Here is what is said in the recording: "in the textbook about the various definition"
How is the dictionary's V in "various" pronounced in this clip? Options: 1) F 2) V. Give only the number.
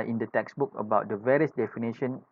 2